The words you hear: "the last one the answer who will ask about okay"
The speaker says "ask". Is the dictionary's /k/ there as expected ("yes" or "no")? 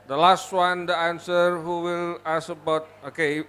no